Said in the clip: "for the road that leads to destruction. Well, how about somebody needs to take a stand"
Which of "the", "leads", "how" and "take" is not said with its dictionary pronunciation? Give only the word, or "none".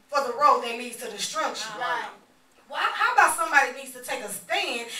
leads